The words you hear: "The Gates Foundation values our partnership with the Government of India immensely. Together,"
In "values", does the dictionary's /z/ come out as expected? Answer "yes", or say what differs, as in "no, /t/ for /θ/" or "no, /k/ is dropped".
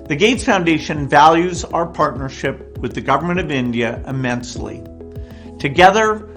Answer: yes